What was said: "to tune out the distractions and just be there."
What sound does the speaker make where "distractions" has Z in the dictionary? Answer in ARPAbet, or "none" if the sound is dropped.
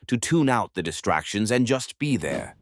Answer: Z